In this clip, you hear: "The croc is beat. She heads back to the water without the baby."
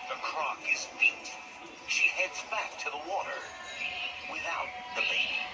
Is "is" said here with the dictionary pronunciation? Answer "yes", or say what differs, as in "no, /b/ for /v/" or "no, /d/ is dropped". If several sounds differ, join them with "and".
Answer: yes